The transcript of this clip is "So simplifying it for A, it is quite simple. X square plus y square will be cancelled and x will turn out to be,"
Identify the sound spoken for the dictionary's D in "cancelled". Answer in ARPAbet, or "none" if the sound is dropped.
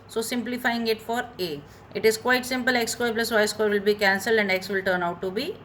D